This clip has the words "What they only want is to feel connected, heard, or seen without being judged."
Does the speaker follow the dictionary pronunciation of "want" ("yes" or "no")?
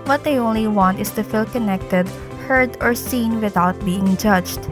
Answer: yes